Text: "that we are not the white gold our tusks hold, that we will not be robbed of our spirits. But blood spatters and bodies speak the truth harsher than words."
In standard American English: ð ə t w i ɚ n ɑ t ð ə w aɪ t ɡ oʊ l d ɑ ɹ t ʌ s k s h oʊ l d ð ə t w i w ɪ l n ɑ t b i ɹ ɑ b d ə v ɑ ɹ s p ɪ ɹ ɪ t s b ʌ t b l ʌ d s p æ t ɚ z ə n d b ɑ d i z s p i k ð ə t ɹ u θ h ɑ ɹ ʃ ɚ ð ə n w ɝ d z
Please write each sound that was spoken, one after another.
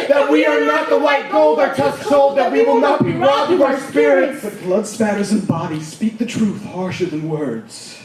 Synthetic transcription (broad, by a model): ð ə t w i ɚ n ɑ t ð ə w aɪ t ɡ oʊ l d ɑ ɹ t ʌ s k s oʊ l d ð ə t w i w ɪ l n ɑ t b i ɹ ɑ d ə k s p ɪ ɹ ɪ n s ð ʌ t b l ʌ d s p æ t ɚ z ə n b ɑ d i s p i k ð ə t ɹ u θ h ɑ ɹ ʃ ɚ ð ə n w ɝ d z